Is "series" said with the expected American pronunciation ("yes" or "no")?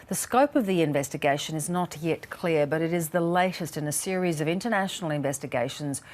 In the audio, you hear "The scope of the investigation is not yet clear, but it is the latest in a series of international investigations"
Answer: yes